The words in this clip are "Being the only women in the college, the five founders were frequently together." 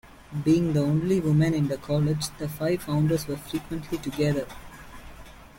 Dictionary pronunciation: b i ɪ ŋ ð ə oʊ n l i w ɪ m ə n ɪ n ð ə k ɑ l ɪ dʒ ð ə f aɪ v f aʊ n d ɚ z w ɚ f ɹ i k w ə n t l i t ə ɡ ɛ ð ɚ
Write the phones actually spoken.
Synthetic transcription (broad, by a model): b i ɪ ŋ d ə oʊ n l i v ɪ m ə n ɪ n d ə k ɑ l ɪ dʒ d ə f aɪ v f aʊ n d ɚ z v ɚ f ɹ i k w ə n t l i t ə ɡ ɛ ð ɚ